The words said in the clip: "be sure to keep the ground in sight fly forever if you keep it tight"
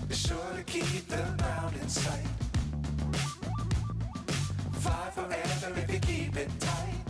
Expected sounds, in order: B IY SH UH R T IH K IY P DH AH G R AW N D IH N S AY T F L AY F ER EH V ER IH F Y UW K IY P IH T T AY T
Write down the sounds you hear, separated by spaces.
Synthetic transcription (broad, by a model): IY SH UH R T IH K IY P DH AH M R AW N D IH N S AY T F AY F ER EH V ER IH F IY K IY P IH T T AY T